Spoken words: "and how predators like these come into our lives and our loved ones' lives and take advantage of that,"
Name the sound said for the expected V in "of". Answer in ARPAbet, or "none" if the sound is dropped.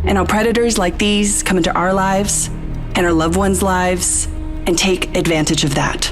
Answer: V